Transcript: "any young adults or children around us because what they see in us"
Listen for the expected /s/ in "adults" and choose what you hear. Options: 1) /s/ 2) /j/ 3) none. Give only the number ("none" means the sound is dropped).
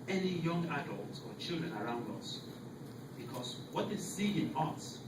3